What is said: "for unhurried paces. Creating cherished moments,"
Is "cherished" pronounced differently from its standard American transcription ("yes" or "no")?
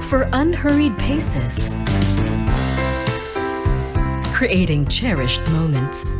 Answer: no